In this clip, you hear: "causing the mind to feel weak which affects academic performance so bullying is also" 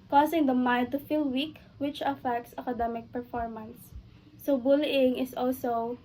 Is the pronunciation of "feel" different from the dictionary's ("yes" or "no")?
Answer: no